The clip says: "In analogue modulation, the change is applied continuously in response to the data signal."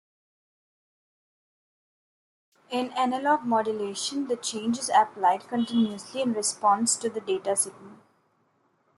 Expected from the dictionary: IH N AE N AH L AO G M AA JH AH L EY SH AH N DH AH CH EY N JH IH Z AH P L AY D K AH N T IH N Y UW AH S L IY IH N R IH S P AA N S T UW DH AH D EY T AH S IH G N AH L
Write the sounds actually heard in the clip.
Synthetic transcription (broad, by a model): IH N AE N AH L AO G M AA JH AH L EY SH AH N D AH CH EY N JH IH Z AH P L AY D K AH N T IH N Y UW AH S L IY IH N R IH S P AA N S T UW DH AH D EY T AH S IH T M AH N